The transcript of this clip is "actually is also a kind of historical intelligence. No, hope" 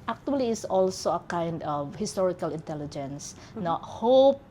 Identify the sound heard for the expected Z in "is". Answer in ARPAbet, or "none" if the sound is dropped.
S